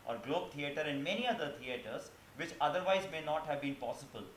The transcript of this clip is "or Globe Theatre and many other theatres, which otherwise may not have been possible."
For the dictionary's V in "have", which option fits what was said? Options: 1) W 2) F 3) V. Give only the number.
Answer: 3